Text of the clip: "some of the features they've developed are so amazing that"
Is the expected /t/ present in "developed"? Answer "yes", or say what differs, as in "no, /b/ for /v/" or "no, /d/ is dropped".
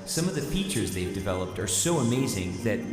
yes